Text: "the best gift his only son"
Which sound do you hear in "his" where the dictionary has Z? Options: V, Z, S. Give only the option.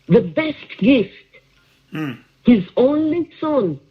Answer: Z